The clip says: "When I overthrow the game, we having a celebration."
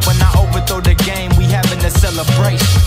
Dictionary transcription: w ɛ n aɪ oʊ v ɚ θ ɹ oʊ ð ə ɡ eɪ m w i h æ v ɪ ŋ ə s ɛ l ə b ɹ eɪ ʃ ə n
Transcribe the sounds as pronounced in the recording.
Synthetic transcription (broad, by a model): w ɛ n aɪ oʊ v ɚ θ oʊ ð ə ɡ eɪ m w i h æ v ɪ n ə s ɛ l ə b ɹ eɪ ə